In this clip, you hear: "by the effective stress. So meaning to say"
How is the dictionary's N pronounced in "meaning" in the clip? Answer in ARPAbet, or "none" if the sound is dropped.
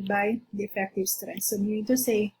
none